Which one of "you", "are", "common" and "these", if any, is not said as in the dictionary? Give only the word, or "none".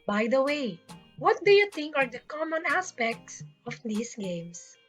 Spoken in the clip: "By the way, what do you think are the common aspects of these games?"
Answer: these